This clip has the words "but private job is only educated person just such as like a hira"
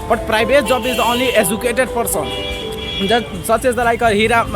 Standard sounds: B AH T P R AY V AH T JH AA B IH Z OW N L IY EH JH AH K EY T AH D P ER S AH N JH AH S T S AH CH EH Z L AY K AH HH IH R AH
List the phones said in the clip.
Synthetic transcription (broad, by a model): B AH T P R AY B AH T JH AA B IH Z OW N L IY EH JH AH K EY T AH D P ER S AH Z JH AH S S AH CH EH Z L AY K AH HH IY R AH